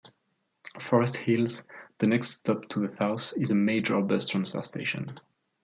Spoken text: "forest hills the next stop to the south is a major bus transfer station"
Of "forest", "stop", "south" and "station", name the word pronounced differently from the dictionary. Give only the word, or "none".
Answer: south